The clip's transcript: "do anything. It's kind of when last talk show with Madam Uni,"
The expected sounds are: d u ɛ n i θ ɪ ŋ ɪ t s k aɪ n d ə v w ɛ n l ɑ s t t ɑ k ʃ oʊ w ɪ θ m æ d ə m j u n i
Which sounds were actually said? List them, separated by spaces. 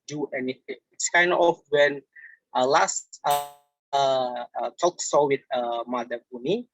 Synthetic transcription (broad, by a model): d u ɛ n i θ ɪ ŋ ɪ t s k aɪ n d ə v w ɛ n l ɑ s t t ɑ k s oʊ w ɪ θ m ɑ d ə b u n i